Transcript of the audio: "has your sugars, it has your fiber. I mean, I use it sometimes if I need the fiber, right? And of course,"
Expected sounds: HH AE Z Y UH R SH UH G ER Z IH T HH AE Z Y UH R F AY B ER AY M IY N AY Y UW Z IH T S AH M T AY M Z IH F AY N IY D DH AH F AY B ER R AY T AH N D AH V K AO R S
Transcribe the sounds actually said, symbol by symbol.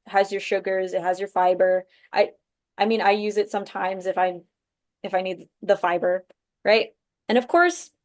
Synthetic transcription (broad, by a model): HH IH Z Y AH R SH UH G ER Z IH T HH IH Z Y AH R F AY B ER AY M IY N AY Y UW Z IH T S AH M T AY M Z IH F AY N IY D DH AH F AY B ER R AY T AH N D AH V K AO R S